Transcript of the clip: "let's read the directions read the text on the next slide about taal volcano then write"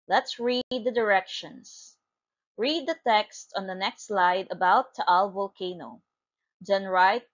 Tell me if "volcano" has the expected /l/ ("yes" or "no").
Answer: yes